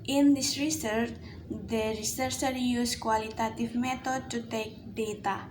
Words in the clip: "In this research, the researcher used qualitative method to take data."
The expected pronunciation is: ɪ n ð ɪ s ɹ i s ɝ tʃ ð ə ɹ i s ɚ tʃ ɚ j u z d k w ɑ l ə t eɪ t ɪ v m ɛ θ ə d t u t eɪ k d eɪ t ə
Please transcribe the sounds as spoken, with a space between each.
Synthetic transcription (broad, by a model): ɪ n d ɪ s ɹ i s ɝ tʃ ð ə ɹ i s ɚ s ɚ j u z k w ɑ l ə t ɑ t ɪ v m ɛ t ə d t u t eɪ k d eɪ t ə